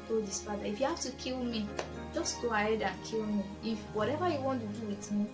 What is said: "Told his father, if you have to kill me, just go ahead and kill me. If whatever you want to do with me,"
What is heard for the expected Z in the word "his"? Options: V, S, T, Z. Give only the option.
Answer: S